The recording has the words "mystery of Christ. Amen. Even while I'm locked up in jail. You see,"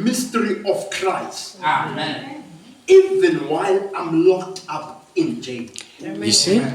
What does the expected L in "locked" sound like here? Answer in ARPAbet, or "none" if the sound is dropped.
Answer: L